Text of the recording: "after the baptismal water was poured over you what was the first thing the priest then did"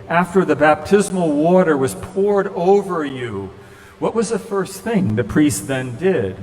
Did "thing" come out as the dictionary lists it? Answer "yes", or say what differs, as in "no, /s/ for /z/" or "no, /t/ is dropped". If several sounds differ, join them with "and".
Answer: yes